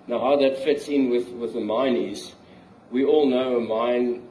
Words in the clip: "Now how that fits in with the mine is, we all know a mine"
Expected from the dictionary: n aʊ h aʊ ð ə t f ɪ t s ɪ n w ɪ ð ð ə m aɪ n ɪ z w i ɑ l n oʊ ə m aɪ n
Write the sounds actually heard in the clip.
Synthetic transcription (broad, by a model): n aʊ h aʊ ð ə t f ɪ t s ɪ n w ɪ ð ð ə m aɪ n ɪ z w i ɑ l n oʊ ə m aɪ n